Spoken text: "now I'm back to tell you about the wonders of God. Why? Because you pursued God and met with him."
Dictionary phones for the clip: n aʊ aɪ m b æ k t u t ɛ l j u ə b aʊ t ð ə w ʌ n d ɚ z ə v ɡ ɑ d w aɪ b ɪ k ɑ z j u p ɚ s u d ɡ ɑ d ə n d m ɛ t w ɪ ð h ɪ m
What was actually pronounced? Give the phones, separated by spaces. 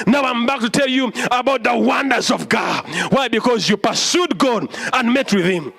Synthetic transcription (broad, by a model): n aʊ aɪ m b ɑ k t u t ɛ l j u ə b aʊ t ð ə w ʌ n d ɚ z ə v ɡ ɑ d w aɪ b ɪ k ɑ z j u p ɚ s u d ɡ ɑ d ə n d m ɛ t w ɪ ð h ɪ m